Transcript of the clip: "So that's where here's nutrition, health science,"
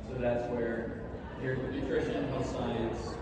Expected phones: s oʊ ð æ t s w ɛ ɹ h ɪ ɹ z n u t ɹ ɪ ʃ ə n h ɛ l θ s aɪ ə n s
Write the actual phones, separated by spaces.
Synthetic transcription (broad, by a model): s oʊ ð æ t s w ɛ ɹ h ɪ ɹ n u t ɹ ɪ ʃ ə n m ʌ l s aɪ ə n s